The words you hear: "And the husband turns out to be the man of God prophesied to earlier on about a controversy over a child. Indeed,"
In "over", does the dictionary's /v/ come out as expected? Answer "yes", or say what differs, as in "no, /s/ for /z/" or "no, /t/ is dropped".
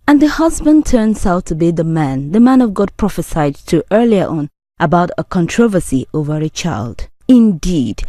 yes